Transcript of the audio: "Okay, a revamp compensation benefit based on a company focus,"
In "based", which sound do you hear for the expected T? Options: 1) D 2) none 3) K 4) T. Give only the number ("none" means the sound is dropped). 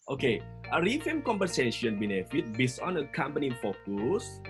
2